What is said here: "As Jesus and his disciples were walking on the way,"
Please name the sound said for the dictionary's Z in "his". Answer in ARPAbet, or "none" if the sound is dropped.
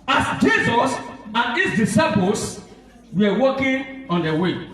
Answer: S